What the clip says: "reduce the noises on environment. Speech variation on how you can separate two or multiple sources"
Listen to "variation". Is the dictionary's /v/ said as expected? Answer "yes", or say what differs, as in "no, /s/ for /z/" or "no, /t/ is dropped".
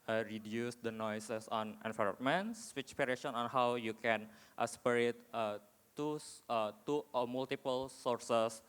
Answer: no, /p/ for /v/